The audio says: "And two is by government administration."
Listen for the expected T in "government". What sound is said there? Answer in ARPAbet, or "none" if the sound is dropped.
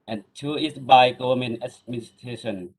none